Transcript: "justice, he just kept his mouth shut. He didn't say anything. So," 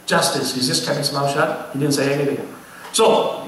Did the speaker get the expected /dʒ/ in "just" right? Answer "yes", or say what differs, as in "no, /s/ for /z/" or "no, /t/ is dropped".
no, /z/ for /dʒ/